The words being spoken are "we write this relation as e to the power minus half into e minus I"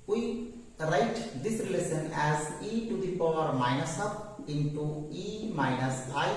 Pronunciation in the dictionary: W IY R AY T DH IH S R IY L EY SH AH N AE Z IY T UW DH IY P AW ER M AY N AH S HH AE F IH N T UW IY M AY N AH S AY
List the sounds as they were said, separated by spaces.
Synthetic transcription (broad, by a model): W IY R AY T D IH S R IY L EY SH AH N AE Z IY T UW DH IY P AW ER M AY N AH S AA P IH N T UW IY M AY N AH S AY